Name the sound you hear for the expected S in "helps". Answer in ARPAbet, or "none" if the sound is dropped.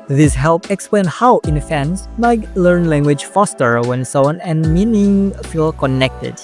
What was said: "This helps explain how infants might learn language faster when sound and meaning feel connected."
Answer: none